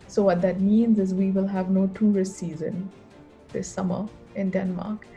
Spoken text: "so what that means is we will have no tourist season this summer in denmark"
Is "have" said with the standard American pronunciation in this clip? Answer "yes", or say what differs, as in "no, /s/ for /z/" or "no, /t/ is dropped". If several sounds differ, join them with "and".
yes